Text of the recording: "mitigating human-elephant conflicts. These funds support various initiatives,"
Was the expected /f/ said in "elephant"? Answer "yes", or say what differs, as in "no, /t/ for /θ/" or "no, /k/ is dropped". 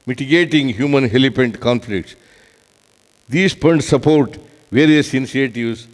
no, /p/ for /f/